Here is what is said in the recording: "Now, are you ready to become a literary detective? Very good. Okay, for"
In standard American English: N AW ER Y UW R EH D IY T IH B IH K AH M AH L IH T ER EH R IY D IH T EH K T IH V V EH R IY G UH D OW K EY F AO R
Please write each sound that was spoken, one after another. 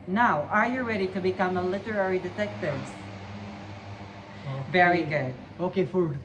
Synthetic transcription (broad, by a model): N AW ER Y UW R EH D IY T IH B IH K AH M AH L IH T ER EH R IY D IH T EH K T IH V V EH R IY G UH D OW K EY F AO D